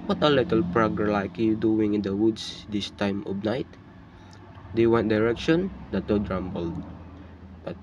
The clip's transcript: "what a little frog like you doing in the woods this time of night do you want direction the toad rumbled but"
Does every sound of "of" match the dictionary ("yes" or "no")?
no